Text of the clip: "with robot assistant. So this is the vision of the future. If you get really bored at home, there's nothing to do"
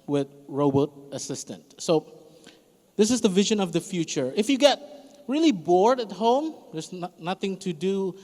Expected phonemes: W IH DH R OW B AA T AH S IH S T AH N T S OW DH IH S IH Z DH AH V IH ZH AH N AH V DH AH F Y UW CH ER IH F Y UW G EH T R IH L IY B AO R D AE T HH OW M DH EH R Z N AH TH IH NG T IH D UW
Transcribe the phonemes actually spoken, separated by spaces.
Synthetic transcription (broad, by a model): W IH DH R OW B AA T AH S IH S T AH N T S OW DH IH S IH Z DH AH V IH ZH AH N AH V DH AH F Y UW CH ER IH F Y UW G EH T R IH L IY B AO R D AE T HH OW M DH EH R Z N AH TH IH NG T IH D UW